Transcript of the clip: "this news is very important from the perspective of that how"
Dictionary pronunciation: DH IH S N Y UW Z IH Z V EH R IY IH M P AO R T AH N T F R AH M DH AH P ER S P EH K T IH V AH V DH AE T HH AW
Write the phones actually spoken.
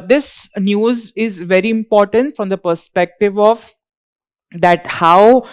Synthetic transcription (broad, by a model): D IH S N Y UW Z IH Z V EH R IY IH M P AO R T AH N T F R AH M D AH P ER S P EH K T IH V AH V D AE T HH AW